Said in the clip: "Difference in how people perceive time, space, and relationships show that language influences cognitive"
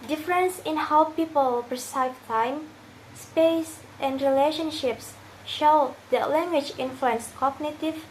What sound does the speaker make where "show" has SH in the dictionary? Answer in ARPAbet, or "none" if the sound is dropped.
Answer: SH